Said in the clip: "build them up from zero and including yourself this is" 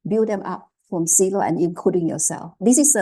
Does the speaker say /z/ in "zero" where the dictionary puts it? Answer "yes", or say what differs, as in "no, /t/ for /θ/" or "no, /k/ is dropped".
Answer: no, /s/ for /z/